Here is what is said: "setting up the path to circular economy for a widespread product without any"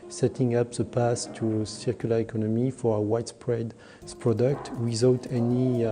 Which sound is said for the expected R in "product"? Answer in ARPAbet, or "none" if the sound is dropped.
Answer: R